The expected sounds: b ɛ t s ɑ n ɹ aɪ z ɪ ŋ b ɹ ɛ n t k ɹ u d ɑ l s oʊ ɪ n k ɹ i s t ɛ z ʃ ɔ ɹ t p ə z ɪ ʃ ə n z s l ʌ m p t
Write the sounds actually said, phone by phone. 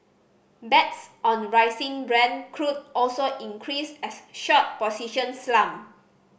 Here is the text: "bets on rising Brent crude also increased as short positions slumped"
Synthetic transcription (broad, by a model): b ɛ t s ɑ n ɹ aɪ s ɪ ŋ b ɹ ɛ n k ɹ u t ɑ l s oʊ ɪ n k ɹ i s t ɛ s ʃ ɔ t p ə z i ʃ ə n s l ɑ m